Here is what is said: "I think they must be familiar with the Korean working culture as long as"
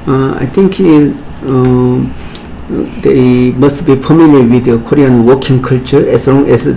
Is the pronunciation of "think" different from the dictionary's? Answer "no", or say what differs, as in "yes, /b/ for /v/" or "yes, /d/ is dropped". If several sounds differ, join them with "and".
yes, /t/ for /θ/